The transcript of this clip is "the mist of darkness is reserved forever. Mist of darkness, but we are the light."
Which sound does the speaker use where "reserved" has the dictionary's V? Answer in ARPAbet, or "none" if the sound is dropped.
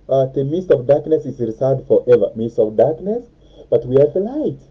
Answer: none